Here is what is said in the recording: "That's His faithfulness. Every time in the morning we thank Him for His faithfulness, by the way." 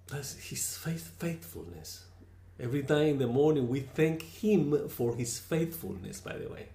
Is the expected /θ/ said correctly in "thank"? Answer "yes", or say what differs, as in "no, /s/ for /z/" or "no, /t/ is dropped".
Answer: yes